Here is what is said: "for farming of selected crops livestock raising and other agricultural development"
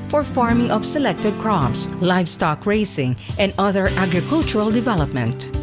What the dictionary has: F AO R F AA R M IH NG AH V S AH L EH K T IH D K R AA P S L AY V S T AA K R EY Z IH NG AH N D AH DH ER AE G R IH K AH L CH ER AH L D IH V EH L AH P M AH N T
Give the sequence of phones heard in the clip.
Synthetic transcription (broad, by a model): F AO R F AA R M IH NG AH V S AH L EH K T IH D K R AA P S L AY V S T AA K R EY S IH NG AH N D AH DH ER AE G R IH K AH L CH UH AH L D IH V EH L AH P M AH N T